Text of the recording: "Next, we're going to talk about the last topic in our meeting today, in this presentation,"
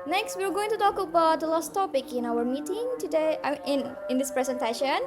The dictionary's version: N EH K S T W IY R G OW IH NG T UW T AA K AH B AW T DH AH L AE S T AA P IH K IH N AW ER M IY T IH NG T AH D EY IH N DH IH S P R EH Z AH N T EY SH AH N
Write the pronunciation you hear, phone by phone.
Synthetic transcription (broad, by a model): N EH K S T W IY W G OW IH NG T UW T AA K AH B AW T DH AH L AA S T AA P IH K IH N AW ER M IY T IH NG T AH D EY IH N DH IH S P R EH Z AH N T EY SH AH N